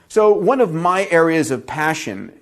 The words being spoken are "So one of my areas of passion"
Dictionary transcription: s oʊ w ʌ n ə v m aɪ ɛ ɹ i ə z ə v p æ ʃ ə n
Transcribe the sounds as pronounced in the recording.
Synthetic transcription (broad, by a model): s oʊ w ʌ n ə v m aɪ ɛ ɹ i ə z ə v p æ ʃ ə n